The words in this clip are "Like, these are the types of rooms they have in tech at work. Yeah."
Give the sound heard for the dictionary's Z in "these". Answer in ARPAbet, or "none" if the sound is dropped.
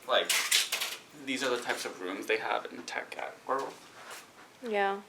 Z